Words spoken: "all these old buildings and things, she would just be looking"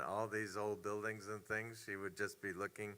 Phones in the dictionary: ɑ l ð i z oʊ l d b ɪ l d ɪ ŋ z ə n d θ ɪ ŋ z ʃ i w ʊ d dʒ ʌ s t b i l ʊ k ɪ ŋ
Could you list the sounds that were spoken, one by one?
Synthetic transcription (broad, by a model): ɑ l ð i z oʊ l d b ɪ l d ɪ ŋ z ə n θ ɪ ŋ z ʃ i w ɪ d dʒ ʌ s b i l ʊ k ɪ ŋ